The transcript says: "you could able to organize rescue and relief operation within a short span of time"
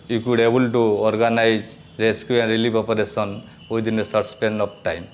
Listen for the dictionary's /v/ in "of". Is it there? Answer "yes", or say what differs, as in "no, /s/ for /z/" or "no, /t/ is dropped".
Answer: no, /p/ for /v/